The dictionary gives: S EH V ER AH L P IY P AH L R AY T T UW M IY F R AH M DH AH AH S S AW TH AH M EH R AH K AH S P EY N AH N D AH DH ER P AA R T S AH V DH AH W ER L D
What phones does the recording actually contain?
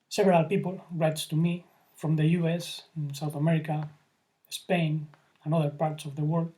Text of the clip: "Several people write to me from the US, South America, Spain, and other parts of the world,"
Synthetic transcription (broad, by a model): S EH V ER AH L P IY P AH L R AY T T UW M IY F R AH M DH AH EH S S AW TH AH M EH R AH K AH S P EY N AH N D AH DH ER P AA R T S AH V DH AH W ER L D